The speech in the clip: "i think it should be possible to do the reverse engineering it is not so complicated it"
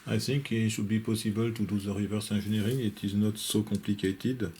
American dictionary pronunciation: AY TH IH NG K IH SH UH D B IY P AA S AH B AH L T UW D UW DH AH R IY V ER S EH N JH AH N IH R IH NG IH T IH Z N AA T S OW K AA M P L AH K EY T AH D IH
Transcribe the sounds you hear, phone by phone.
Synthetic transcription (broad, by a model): AY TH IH NG K IH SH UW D B IY P AA S AH B AH L T UW D UW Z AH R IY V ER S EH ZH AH N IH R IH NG IH T IH Z N AA T S OW K AA P L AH K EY T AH D